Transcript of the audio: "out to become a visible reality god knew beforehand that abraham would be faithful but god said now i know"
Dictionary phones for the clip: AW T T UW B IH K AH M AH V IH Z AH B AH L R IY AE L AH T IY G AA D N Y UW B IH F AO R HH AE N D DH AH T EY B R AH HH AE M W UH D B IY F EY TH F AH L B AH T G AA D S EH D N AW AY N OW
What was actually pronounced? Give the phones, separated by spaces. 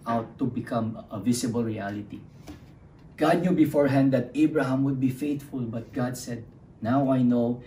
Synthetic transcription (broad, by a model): AW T T UW B IH K AH M AH V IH S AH B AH L R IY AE L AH T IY G AA D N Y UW B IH F AO R HH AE N D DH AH T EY B R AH HH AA M W UH D B IY F EY T F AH L B AH T G AA D S EH D N AW AY N OW